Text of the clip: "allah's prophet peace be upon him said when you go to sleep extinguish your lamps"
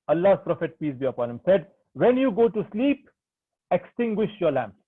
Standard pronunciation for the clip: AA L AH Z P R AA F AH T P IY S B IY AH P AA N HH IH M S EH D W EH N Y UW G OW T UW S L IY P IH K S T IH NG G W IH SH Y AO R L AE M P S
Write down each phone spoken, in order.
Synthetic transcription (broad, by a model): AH L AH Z P R AA F AH T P IY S B IY AH P AA N HH IH M S EH D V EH N Y UW G OW T UW S L IY P IH K S T IH NG G W IH SH Y AO R L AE M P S